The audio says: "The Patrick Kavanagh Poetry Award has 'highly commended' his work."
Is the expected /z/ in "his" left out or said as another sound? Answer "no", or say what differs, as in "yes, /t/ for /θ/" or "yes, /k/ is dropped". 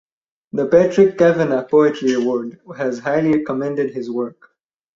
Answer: no